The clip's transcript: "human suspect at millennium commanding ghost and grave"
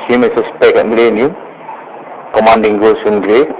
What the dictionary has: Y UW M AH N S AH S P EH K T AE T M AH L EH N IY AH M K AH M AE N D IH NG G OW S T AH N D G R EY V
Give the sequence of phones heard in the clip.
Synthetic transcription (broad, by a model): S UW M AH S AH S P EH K EH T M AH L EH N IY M K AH M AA N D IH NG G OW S AH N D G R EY